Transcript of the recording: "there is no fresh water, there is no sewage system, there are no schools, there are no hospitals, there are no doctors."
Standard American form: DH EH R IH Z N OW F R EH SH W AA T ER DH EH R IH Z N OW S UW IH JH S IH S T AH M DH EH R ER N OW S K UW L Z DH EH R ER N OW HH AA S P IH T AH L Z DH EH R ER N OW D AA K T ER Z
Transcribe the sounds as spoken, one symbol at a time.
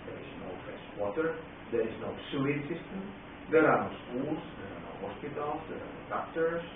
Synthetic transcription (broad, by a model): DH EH R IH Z N OW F EH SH W AA T ER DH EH R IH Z N OW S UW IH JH S IH S T AH M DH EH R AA N OW S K UW L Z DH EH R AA N OW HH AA S P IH T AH L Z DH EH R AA N OW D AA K T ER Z